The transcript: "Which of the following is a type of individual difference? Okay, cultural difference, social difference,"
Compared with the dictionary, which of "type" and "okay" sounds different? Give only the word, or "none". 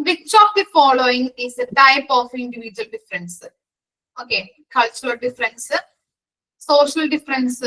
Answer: none